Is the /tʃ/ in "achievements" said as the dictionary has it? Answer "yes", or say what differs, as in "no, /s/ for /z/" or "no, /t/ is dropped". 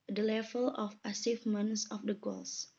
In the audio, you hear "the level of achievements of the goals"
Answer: no, /s/ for /tʃ/